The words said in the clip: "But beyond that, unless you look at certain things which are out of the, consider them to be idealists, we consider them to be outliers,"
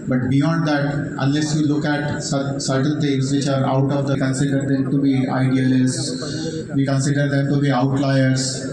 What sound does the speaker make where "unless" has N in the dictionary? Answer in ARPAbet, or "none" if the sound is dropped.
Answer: N